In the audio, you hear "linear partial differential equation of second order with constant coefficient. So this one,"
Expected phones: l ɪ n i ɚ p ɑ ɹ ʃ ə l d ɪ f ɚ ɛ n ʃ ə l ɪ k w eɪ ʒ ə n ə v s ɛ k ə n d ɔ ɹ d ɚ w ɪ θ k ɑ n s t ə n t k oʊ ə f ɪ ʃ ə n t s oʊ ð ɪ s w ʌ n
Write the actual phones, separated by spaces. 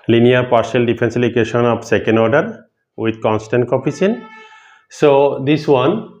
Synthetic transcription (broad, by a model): l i n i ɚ p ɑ ɹ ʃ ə l d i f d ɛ n s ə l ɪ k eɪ ʃ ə n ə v s ɛ k ə n d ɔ ɹ d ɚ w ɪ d k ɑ n s t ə n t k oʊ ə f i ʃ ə n s oʊ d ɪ s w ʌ n